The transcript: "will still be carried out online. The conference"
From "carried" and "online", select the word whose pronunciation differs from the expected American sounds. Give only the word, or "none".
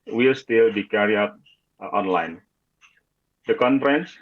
carried